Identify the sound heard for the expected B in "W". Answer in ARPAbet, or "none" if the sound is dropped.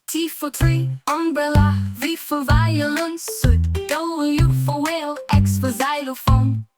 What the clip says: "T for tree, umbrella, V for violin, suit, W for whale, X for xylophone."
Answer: none